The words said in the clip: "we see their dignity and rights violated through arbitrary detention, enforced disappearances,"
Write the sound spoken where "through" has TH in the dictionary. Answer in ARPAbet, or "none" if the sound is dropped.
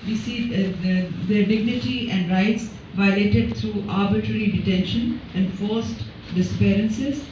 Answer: T